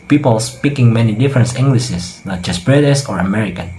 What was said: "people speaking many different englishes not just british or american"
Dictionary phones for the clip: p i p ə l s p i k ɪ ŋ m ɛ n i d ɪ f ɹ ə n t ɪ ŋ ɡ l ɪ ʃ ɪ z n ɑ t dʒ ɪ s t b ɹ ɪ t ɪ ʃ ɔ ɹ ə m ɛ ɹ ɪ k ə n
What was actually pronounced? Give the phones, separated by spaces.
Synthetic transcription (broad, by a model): p i p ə l s p i k ɪ ŋ m ɛ n i d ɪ f ɹ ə n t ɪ ŋ ɡ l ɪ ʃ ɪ s n ɑ t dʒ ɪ s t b ɹ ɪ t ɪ s ɔ ɹ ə m ɛ ɹ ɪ k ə n